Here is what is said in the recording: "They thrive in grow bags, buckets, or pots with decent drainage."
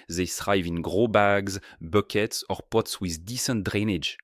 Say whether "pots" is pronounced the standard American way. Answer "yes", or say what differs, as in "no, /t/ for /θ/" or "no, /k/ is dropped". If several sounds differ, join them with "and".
yes